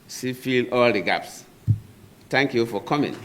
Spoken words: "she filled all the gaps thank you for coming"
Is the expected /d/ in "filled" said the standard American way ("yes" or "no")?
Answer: no